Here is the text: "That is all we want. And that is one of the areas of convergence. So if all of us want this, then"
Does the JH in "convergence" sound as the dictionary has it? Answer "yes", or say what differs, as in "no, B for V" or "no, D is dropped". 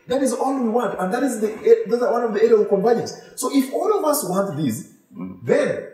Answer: no, JH is dropped